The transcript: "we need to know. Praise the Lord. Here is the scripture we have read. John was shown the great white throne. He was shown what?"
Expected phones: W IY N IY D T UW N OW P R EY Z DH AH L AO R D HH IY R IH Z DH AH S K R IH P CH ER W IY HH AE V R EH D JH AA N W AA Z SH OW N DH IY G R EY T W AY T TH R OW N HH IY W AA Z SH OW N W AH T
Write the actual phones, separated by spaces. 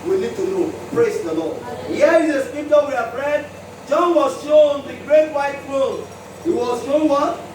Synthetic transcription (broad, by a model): W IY N IY D T UW N OW P R EY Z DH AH L AO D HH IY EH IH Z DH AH S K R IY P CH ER W IY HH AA P R EH D JH AA N W AA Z SH OW N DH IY G R EY T W AY T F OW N HH IY W AA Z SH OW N W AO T